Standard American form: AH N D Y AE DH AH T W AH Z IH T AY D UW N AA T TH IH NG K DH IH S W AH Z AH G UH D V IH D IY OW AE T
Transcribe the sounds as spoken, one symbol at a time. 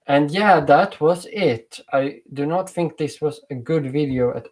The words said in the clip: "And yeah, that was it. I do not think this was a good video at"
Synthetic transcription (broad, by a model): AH N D Y AE DH AH T W AH Z IH T AY D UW N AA T TH IH NG K DH IH S W AH Z AH G UH D V IH D IY OW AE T